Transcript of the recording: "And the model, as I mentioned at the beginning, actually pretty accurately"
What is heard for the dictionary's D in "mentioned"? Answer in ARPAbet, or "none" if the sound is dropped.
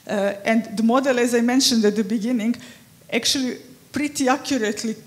D